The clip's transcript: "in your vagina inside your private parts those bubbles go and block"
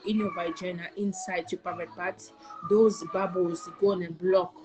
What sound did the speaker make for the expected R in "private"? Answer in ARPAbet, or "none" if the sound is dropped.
none